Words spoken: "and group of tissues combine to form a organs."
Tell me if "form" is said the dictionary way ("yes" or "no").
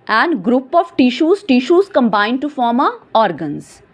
yes